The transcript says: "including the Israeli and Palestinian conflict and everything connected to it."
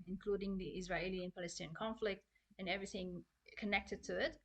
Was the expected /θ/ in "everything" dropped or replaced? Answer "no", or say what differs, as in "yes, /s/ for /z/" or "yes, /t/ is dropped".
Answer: no